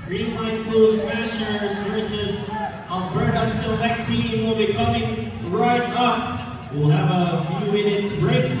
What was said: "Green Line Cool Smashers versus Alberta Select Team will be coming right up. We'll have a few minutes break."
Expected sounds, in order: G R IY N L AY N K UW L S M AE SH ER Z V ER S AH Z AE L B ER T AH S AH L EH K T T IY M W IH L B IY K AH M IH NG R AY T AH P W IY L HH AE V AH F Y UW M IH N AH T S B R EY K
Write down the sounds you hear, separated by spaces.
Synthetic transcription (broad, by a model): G R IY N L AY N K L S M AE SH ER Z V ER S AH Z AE N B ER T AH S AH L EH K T T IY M W IH L B IY K AH M IH NG R AY T AH P W IY L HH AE V AH F Y UW M IH N AH T S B R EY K